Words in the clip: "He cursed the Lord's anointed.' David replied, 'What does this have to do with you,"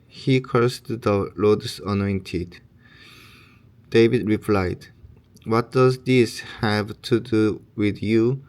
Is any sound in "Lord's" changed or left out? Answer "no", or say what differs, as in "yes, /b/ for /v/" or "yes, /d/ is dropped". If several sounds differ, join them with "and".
yes, /s/ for /z/